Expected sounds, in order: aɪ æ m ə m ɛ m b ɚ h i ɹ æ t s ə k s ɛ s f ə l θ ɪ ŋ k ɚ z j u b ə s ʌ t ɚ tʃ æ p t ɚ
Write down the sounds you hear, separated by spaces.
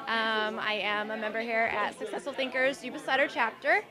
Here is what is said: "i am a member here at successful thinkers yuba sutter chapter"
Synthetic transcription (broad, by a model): aɪ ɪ m ə m ɛ m b ɚ h i ɹ æ t s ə k s ɛ s f l θ ɪ ŋ k ɚ z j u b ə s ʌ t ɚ tʃ æ p t ɚ